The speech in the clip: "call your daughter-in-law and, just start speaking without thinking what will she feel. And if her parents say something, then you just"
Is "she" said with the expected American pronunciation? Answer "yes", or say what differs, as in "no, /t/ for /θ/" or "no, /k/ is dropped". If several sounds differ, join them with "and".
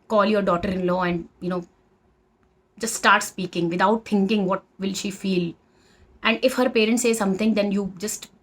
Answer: yes